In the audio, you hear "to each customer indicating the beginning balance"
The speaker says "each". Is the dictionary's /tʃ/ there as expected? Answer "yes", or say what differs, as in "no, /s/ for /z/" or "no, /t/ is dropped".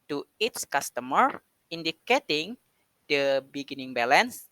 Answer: no, /s/ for /tʃ/